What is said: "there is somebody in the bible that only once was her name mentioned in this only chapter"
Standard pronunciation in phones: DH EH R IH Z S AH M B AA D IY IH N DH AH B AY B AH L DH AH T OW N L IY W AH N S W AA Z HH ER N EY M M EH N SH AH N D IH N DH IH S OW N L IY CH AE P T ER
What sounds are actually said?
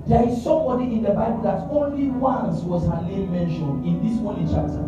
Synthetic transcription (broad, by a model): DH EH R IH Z S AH M B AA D IY IH N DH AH B AY B AH L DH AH T OW N L IY W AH N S W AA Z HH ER L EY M M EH N SH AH N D IH N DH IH S OW N L IY CH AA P T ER